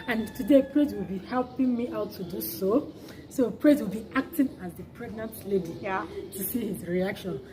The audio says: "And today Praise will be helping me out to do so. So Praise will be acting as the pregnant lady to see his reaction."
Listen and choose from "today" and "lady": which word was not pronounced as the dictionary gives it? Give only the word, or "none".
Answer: none